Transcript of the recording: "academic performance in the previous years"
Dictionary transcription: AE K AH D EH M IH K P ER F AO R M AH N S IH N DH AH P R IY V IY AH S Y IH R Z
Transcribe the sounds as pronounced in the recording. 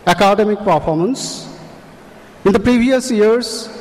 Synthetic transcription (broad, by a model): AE K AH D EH M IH K P ER F AO R M AH N S IH N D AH P R IY V IY AH S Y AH R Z